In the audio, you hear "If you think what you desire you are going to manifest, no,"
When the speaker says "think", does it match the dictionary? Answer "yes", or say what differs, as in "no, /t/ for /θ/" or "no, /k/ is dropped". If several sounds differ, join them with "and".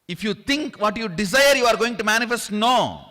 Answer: no, /t/ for /θ/